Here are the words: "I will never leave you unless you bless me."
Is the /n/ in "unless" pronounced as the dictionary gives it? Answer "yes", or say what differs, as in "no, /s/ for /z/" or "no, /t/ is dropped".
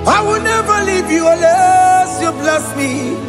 no, /n/ is dropped